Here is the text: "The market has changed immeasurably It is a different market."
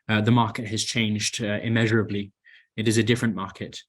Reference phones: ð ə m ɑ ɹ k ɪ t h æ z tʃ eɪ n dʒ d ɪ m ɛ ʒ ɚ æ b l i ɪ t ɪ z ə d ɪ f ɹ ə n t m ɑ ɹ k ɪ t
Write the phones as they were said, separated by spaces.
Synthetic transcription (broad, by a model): ð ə m ɑ ɹ k ɪ t h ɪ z tʃ eɪ n dʒ d ɪ m ɛ ʒ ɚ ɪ b l i ɪ t ɪ z ə d ɪ f ɹ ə n m ɑ ɹ k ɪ t